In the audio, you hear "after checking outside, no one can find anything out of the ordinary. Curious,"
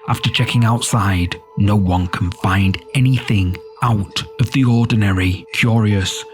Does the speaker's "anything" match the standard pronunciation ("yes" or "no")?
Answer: yes